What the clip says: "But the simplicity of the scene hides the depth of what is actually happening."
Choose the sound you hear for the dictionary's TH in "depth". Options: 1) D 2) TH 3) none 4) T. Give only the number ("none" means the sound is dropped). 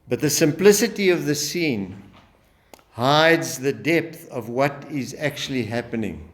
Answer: 2